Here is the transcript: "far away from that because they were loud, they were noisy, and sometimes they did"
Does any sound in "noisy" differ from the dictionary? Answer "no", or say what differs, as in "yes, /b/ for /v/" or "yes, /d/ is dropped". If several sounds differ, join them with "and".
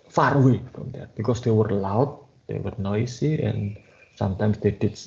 yes, /s/ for /z/